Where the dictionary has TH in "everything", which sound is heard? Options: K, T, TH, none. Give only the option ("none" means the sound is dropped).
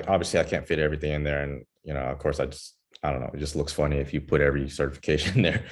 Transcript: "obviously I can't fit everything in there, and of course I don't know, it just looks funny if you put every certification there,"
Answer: TH